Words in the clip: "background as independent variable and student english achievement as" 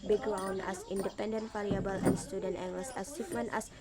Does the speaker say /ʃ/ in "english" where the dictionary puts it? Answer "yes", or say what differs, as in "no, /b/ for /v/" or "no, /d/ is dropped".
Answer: no, /s/ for /ʃ/